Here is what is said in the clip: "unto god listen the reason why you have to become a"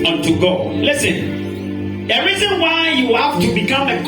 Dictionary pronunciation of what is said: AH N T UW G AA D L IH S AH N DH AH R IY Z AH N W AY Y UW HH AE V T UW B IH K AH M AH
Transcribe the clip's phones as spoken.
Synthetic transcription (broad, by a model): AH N T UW G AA L IH S AH N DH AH R IY Z AH N W AY Y UW HH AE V T UW B IH K AH M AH